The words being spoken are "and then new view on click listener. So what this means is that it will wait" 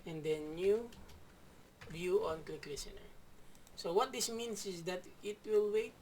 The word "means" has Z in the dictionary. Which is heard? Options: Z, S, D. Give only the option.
S